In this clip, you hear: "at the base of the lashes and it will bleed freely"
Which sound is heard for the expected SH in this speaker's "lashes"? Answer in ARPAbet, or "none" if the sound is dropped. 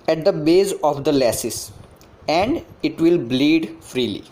S